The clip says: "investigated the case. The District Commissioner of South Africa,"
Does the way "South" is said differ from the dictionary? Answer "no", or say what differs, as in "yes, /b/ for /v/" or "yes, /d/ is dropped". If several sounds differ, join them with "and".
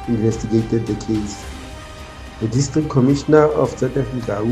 yes, /t/ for /θ/